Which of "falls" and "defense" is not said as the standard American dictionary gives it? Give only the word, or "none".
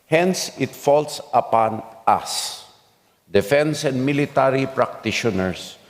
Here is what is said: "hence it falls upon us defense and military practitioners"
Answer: falls